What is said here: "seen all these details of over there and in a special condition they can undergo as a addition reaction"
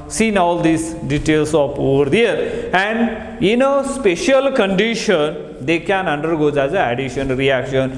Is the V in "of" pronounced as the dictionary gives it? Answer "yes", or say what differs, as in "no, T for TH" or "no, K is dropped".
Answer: no, P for V